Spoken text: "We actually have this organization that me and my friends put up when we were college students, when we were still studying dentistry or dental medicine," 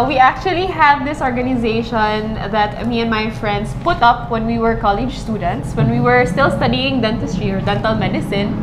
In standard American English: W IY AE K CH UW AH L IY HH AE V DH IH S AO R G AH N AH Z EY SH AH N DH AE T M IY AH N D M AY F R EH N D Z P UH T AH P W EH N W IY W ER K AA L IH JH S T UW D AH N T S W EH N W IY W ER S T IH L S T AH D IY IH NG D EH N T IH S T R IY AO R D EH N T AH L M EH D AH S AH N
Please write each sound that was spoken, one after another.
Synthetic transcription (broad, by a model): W IY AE K CH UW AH L IY HH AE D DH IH S AO R G AH N AH Z EY SH AH N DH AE T M IY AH N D M AY F R EH N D S P UH T AH P W EH N W IY W ER K AA L IH JH S T UW D AH N T S W EH N W IY W ER S T IH L S T AH D IY IH NG D EH N T IH S T R IY AO R D EH N T AH L M EH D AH S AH N